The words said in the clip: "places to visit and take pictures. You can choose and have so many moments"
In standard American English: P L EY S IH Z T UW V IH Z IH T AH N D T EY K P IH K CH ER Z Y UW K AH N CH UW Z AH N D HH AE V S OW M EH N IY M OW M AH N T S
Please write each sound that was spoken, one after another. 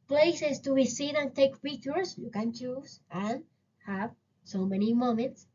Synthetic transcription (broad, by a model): P L EY S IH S T UW B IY S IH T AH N T EY K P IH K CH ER S Y UW K AH N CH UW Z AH N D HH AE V S OW M EH N IY M OW M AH N T S